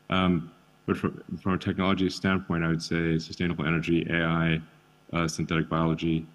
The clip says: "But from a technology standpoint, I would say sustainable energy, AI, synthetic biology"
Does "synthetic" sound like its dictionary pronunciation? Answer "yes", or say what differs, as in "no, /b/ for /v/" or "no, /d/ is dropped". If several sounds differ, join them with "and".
yes